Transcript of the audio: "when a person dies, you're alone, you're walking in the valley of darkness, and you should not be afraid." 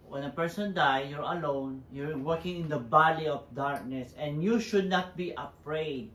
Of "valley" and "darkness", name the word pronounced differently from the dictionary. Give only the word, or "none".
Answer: valley